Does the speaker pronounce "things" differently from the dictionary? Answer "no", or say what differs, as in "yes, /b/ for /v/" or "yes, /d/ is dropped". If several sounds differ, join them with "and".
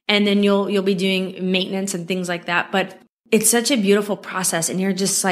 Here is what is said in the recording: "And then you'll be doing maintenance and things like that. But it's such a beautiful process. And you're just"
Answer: no